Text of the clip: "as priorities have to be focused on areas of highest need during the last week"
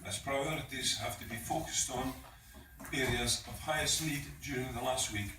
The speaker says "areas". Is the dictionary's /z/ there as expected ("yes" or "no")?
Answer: yes